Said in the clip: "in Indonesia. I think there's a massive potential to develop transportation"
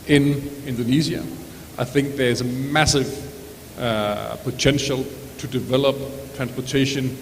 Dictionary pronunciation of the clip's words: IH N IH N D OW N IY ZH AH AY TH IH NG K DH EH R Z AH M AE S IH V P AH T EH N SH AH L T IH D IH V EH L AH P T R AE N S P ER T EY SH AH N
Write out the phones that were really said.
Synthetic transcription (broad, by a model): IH N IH N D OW N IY Z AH AY TH IH NG K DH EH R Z AH M AE S IH V P AH T EH N SH AH L T IH D IH V EH L AH P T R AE N S P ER T EY SH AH N